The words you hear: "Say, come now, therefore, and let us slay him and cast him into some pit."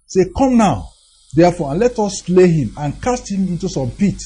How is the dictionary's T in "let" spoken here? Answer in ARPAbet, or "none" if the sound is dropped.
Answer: T